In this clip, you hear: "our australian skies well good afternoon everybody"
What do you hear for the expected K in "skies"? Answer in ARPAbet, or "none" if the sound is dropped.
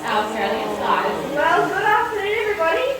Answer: none